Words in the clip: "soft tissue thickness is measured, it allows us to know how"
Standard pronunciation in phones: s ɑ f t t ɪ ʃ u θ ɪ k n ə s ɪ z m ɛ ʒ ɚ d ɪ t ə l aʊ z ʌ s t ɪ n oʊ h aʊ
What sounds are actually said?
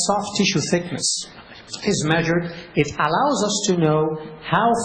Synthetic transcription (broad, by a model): s ɑ f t t ɪ ʃ u θ ɪ k n ə s ɪ z m ɛ ʒ ɚ d ɪ t ə l aʊ z ʌ s t ɪ n oʊ h aʊ